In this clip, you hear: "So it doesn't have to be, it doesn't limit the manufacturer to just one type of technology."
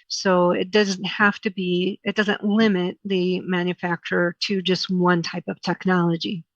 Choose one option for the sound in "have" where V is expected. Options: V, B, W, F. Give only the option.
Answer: F